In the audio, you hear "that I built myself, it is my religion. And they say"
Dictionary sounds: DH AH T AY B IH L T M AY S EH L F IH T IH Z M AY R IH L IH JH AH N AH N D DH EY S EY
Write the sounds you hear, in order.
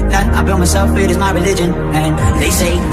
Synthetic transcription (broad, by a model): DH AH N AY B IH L M AY S EH L F IH T IH Z M AY R IH L IH JH AH N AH N DH EY S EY